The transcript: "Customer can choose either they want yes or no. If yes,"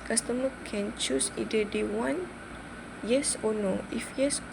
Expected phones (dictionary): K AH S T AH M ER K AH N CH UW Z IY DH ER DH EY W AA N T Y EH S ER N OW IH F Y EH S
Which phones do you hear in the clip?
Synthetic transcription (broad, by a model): K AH S T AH M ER K AH N CH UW S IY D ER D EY W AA N Y EH S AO N OW IH F Y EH S